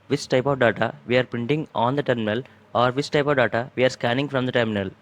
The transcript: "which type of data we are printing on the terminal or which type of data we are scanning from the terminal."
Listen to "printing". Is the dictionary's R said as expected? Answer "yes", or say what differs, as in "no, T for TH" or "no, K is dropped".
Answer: no, R is dropped